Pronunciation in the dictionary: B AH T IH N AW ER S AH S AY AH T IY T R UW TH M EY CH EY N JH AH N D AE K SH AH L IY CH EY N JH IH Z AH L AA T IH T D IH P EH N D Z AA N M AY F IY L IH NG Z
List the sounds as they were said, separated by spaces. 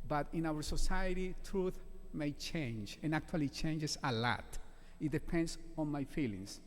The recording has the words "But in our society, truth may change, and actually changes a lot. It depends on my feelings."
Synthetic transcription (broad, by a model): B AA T IH N AW ER S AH S AY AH T IY T R UW TH M EY CH EY N JH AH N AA K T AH L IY CH EY N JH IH S AH L AA T IH T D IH P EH N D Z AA N M AY F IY L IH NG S